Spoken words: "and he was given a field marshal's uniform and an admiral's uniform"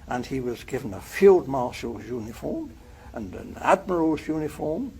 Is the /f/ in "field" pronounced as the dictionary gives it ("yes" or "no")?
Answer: yes